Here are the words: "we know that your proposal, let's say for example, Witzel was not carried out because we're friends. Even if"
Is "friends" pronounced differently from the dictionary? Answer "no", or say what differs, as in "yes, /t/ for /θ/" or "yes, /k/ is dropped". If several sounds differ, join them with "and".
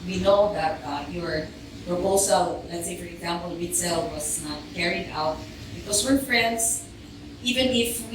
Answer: yes, /s/ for /z/